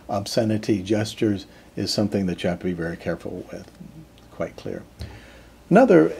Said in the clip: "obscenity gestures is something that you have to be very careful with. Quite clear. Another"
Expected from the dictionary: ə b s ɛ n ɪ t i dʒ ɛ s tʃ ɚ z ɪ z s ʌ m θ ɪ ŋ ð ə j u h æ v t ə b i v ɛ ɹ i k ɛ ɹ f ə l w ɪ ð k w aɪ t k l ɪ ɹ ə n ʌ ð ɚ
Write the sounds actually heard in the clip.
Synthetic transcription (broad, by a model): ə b s ɛ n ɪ t i dʒ ɛ s tʃ ɚ z ɪ z s ʌ m θ ɪ ŋ ð ə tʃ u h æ t ə b i v ɛ ɹ i k ɛ ɹ f l w ɪ ð k w aɪ t k l ɪ ɹ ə n ʌ ð ɚ